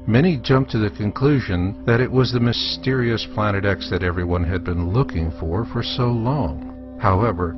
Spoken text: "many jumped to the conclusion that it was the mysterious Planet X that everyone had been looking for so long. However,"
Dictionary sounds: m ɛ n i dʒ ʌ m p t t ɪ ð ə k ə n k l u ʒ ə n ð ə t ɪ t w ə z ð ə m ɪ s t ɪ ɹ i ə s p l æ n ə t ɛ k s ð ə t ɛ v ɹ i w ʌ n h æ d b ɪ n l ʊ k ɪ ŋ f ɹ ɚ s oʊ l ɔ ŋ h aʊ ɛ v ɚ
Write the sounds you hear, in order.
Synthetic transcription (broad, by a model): m ɛ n i dʒ ʌ m p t t ɪ ð ə k ə n k l u ʒ ə n ð ə t ɪ t w ə z ð ə m ɪ s t ɪ ɹ i ə s p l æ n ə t ɛ k s ð ə t ɛ v ɹ i w ʌ n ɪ d b ɪ n l ʊ k ɪ ŋ f ɹ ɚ s oʊ l ɔ ŋ h aʊ ɛ v ɚ